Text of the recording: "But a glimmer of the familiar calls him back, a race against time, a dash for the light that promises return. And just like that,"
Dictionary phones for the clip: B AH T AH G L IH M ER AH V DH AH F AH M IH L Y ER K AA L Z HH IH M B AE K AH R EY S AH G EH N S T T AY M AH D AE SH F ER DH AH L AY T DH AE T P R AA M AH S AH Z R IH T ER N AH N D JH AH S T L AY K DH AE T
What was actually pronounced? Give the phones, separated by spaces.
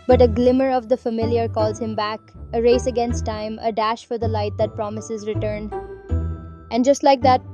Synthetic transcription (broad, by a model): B AH T AH G L IH M ER AH V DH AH F AH M IH L Y ER K AA L Z HH IH M B AE K AH R EY S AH G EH N S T T AY M AH D AE SH F ER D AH L AY T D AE T P R AA M AH S AH Z R IH T ER N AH N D JH AH S T L AY K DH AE T